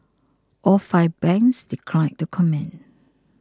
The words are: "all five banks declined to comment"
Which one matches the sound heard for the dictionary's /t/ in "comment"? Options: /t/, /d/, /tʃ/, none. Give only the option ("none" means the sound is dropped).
none